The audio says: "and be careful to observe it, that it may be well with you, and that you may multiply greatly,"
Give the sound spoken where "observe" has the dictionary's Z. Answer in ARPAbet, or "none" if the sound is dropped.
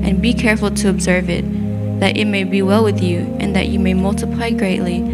Z